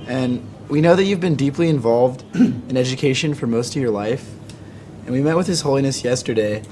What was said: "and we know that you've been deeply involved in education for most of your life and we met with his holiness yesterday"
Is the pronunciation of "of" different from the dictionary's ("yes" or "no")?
no